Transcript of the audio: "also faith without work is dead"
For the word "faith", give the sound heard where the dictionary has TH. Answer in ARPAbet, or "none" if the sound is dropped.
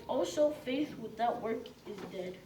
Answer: TH